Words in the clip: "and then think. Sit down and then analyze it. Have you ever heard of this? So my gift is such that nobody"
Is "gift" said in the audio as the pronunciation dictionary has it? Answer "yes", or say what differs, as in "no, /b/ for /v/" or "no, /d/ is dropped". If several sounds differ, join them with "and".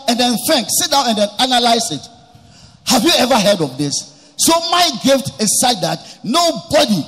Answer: yes